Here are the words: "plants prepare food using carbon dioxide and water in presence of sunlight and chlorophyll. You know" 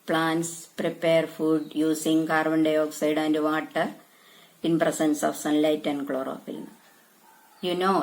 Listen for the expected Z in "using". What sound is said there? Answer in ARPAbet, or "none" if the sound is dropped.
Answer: S